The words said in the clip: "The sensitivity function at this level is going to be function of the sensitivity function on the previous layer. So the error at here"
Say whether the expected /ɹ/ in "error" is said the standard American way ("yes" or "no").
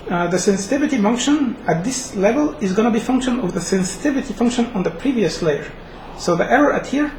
yes